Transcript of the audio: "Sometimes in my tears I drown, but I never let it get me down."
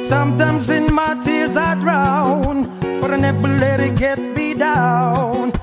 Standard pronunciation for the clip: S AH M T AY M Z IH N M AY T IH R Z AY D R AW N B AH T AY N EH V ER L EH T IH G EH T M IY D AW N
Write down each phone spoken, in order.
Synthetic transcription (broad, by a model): S AH M T AY M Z IH N M AY T IH R Z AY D R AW N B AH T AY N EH P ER L EH T IH G EH T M IY D AW N